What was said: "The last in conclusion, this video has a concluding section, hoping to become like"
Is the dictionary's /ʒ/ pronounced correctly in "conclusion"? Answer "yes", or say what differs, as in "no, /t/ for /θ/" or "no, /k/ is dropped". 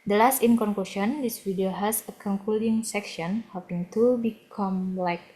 no, /ʃ/ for /ʒ/